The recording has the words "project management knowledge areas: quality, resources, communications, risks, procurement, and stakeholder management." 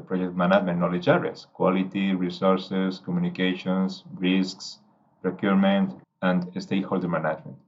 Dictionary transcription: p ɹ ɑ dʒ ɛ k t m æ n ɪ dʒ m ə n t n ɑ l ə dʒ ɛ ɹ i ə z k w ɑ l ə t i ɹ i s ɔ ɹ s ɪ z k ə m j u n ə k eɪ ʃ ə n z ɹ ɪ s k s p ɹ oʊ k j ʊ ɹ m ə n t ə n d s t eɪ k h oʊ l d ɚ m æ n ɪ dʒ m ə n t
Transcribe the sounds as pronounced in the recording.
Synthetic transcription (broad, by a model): p ɹ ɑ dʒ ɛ k t m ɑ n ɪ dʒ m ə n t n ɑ l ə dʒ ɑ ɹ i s k w ɑ l ə t i ɹ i s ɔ ɹ s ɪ s k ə m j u n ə k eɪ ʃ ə n s ɹ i s k s p ɹ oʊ k j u ɹ m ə n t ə n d s t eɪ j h oʊ l d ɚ m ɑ n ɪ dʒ m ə n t